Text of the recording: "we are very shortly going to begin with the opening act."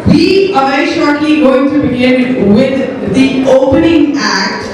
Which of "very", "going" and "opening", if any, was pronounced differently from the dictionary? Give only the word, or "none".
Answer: very